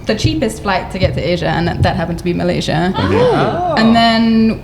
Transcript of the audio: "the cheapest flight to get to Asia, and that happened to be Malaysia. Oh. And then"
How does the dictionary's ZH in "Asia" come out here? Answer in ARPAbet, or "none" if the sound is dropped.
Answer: ZH